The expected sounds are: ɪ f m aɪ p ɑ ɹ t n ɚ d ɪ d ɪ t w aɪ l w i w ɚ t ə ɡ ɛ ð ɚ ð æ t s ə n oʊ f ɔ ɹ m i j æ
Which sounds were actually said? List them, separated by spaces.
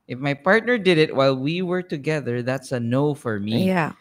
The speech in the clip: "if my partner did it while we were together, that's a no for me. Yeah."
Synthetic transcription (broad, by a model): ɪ f m aɪ p ɑ ɹ t n ɚ d ɪ d ɪ t w aɪ l w i w ɚ t ə ɡ ɛ ð ɚ ð æ t s ə n oʊ f ɔ ɹ m i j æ